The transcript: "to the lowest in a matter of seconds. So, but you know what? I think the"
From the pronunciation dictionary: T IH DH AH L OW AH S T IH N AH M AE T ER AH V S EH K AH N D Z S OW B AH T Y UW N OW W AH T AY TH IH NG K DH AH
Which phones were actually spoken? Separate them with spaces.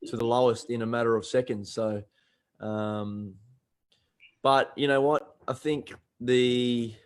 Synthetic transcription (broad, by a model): T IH DH AH L OW AH S T IH N AH M AE T ER AH V S EH K AH N D Z S OW B AH T Y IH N OW W AH T AY TH IH NG K DH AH